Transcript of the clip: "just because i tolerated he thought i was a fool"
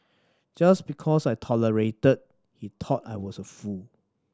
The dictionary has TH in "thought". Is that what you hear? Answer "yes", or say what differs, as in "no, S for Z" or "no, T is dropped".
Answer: no, T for TH